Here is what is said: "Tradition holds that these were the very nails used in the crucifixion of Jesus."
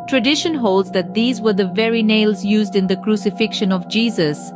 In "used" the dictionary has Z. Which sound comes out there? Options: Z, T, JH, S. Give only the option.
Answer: Z